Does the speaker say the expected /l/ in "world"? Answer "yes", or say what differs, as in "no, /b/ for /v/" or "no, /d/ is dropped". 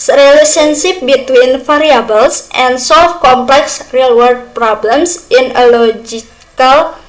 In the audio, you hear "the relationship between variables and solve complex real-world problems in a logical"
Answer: no, /l/ is dropped